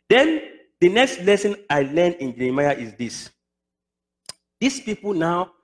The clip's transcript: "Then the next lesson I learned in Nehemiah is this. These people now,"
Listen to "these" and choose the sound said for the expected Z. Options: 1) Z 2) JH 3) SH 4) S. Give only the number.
4